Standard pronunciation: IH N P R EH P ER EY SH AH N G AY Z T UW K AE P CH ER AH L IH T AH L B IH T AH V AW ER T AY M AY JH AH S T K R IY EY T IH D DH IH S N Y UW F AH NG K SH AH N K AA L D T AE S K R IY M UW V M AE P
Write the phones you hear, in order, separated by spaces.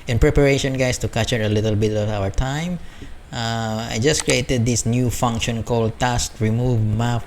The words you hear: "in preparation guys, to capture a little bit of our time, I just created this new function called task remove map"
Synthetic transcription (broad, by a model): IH N P R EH P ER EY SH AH N G AY S T UW K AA CH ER AH L IH T AH L B IH T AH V AW ER T AY M AY JH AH S K R IY EY T IH D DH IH S N Y UW F AH NG K SH AH N K AA L D T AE S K R IY M UW V M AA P